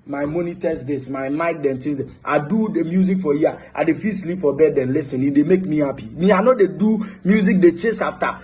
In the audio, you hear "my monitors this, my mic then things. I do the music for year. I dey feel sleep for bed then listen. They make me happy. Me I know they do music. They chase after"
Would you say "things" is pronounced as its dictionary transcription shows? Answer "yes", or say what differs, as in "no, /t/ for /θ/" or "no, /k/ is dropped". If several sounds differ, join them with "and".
no, /t/ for /θ/